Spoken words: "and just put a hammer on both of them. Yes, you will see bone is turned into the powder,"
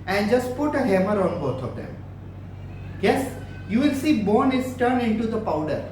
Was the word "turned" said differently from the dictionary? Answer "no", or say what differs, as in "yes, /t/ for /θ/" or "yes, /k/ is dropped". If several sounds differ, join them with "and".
yes, /d/ is dropped